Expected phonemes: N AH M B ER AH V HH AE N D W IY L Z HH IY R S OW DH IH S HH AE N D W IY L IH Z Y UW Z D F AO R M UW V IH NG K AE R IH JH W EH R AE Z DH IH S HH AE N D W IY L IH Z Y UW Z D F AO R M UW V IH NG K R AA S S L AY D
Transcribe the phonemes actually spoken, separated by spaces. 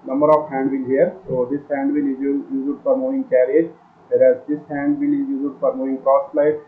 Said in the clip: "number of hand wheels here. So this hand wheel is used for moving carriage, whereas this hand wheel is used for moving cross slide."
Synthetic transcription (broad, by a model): N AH M B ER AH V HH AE N D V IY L HH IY R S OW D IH S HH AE N D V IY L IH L Y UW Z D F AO R M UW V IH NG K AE R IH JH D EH R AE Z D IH S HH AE N D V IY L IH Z Y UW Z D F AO R M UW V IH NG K R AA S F L AY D